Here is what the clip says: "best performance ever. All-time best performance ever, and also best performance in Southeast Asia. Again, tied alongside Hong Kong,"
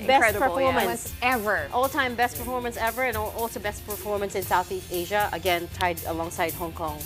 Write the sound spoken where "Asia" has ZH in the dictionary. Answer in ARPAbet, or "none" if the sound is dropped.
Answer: ZH